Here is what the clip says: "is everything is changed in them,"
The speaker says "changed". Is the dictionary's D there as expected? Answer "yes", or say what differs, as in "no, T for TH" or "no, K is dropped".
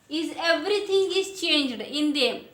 yes